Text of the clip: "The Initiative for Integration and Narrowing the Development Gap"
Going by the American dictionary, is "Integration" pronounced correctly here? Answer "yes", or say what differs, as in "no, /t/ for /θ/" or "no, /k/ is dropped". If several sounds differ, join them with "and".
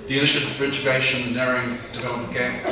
no, /ʃ/ is dropped